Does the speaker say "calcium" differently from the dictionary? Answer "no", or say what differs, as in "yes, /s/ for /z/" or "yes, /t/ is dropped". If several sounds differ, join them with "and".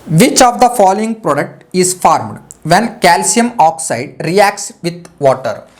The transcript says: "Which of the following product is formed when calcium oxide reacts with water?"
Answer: no